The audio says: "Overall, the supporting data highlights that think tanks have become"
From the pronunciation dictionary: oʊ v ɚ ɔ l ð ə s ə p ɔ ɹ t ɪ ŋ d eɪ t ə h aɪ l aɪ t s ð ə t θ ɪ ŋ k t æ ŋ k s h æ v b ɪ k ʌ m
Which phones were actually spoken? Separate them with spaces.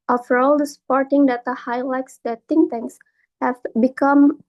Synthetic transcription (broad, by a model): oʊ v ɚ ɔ l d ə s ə p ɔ ɹ t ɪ ŋ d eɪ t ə h aɪ l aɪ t s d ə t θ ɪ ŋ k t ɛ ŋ s h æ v b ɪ k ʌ m